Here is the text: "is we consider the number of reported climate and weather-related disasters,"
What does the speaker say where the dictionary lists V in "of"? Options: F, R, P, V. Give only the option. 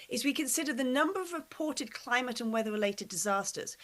V